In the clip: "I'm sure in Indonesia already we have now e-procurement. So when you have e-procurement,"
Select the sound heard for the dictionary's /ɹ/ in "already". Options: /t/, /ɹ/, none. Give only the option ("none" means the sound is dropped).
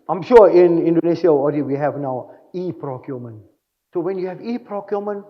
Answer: none